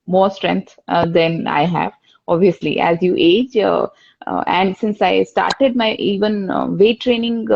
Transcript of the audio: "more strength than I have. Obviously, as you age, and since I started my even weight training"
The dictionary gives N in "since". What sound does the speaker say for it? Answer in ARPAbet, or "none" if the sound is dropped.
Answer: N